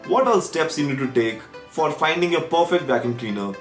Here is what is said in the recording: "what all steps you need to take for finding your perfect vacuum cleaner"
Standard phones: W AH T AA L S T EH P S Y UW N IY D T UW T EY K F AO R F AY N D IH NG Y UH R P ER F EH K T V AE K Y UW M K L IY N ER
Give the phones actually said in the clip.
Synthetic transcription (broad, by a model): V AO T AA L S T EH P S Y UW N IY D T UW T EY K F AO R F AY N D IH NG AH P ER F EH K T B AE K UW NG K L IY N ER